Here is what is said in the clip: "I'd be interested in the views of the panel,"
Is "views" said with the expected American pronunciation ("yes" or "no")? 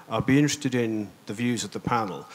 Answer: yes